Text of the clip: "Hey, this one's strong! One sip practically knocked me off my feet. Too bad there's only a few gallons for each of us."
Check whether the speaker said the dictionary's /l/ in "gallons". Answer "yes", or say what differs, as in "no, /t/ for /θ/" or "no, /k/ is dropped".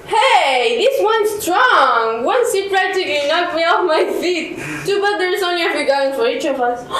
no, /l/ is dropped